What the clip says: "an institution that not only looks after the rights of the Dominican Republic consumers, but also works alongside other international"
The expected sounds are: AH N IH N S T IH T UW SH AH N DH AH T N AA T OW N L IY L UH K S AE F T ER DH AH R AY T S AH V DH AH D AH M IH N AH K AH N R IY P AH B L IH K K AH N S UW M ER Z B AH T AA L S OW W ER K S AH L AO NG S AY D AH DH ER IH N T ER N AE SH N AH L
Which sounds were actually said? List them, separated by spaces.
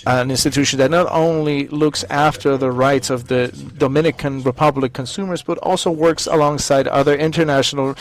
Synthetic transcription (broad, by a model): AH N IH N S T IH T UW SH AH N DH AH T N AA T OW N L IY L UH K S AE F T ER DH AH R AY T S AH V DH AH D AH M IH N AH K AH N R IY P AH B L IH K K AH N S UW M ER Z B AH T AA L S OW W ER K S AH L AO NG S AY D AH DH ER IH N T ER N AE SH N L